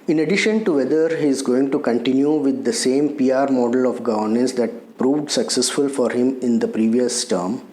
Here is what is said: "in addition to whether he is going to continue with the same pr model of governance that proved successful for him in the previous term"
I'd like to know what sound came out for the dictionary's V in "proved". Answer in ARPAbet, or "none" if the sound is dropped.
V